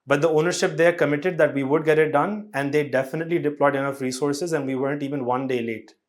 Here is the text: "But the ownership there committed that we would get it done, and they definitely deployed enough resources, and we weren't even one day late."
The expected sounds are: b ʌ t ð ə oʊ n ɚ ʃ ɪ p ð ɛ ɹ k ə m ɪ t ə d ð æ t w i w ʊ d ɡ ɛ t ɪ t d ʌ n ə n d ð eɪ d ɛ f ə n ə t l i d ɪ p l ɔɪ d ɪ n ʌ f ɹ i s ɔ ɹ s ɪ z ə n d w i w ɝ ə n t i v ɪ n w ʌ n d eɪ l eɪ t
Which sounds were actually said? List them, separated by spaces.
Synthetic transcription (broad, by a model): b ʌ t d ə oʊ n ɚ ʃ ɪ p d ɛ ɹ k ə m ɪ t ə d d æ t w i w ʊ d ɡ ɛ t ɪ t d ʌ n ə n d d eɪ d ɛ f ə n ə t l i d ɪ p l ɔɪ d ɪ n ʌ f ɹ i s ɔ ɹ s ɪ z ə n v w i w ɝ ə n t i v ɪ n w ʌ n d eɪ l eɪ t